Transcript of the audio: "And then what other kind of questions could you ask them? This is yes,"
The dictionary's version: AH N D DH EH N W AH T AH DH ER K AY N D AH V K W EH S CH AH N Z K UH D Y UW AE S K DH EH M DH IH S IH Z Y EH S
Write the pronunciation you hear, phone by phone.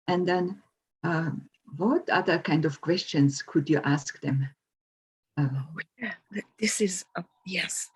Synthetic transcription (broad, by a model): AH N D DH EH N W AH T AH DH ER K AY N D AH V K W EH S CH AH N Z K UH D Y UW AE S K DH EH M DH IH S IH Z Y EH S